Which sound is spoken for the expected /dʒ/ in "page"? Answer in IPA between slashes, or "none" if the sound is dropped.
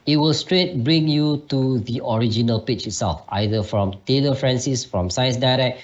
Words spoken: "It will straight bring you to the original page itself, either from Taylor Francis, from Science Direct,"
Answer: /tʃ/